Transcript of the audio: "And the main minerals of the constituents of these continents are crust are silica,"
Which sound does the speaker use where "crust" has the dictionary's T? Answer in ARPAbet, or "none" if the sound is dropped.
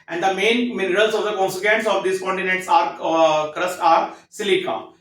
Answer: T